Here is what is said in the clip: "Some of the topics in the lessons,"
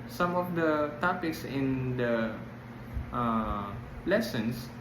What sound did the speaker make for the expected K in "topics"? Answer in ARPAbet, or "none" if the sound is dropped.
K